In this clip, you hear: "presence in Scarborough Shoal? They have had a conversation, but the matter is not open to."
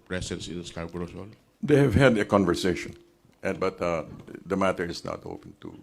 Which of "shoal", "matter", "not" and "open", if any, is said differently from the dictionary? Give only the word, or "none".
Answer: shoal